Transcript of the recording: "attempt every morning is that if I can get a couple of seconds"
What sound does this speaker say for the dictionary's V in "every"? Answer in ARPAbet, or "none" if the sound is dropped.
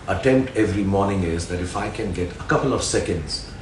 V